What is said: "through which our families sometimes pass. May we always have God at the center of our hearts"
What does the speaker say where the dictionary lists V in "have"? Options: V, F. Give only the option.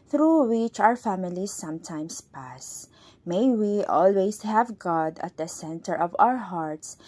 V